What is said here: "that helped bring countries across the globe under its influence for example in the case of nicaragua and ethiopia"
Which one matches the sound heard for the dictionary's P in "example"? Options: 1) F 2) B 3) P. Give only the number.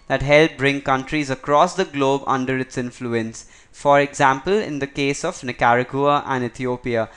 3